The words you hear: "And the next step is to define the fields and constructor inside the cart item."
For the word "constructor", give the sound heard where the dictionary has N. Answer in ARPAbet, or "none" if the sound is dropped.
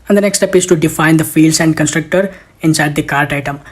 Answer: N